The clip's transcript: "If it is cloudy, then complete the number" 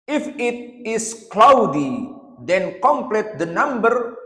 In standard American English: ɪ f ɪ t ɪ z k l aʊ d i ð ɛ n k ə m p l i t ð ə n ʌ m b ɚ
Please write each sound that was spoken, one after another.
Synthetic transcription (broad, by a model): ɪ f ɪ t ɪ s k l aʊ d i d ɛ n k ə m p l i t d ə n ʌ m b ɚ